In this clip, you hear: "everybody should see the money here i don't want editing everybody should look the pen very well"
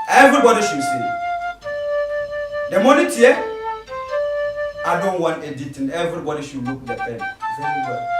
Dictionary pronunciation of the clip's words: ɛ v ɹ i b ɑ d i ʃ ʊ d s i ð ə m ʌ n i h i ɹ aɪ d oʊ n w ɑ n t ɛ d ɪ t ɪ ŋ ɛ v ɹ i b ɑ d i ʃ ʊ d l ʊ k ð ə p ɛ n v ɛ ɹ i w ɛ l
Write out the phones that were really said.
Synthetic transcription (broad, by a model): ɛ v ɹ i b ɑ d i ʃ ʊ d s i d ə m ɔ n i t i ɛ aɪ d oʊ n w ɑ n t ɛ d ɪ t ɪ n ɛ v ɹ i b ɑ d i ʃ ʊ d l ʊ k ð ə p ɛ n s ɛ i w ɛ